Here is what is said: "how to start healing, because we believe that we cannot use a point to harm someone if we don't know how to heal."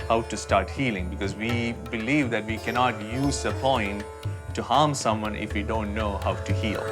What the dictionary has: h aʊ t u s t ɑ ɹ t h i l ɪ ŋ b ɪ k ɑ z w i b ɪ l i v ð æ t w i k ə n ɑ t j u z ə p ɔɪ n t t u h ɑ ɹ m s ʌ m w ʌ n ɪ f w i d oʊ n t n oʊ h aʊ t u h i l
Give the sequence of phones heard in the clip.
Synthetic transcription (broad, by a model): h aʊ t u s t ɑ ɹ t h i l ɪ ŋ b ɪ k ɑ z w i b ɪ l i v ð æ t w i k ə n ɑ t j u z ə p ɔɪ n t t u h ɑ ɹ m s ʌ m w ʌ n ɪ f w i d oʊ n t n oʊ h aʊ t u h i l